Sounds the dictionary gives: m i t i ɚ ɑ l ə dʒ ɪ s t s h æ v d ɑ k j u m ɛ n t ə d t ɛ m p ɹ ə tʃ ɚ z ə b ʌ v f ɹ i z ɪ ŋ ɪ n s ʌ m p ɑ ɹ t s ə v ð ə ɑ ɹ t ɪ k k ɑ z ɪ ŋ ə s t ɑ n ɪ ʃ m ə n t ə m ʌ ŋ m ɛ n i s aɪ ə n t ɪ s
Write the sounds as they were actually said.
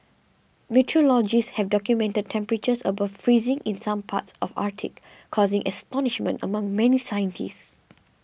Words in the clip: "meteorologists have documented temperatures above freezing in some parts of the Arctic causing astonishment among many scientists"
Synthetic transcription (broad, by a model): m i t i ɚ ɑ l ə dʒ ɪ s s h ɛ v d ɑ k j u m ɛ n t ə d t ɛ m p ɹ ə tʃ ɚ s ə b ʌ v f ɹ i z ɪ ŋ ɪ n s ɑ m p ɑ t s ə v ɑ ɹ t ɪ k k ɑ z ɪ ŋ ə s t ɑ n ɪ ʃ m ə n t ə m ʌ ŋ m ɛ n i s aɪ ə n t ɪ s